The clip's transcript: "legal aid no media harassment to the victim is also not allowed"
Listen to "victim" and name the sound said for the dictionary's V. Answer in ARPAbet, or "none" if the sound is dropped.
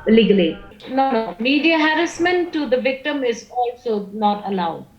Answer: V